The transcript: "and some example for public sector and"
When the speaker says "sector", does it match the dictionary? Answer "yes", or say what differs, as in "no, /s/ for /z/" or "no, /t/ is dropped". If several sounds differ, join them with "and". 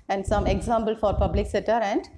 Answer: no, /k/ is dropped